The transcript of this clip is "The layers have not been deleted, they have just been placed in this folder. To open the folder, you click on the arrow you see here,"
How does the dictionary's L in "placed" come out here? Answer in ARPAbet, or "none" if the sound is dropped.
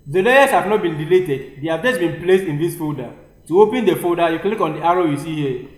L